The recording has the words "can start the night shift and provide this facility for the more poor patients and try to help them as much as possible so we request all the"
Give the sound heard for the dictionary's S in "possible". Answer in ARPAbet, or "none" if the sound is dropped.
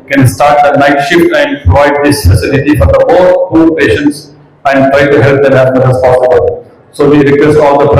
S